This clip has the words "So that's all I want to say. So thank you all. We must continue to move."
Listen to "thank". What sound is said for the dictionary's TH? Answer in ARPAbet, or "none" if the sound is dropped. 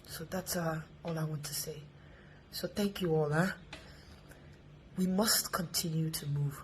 TH